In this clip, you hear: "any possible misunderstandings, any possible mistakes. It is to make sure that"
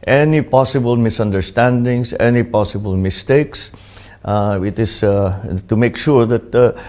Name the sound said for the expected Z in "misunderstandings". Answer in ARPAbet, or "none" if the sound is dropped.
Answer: S